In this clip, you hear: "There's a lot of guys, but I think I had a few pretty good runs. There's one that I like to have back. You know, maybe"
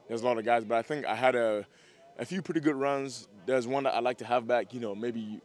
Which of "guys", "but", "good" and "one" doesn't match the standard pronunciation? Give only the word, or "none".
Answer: none